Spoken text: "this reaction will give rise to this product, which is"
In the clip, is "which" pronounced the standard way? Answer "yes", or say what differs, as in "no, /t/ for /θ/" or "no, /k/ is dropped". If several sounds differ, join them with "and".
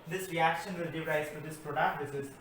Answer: no, /s/ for /tʃ/